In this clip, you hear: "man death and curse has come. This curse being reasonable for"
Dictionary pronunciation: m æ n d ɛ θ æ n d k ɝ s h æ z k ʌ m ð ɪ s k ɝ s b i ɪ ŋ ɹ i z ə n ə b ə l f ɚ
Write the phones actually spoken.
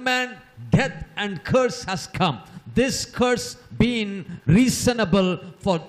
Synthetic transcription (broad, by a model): m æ n d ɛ t æ n d k ɝ s h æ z k ʌ m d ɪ s k ɝ s b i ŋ ɹ i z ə n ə b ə l f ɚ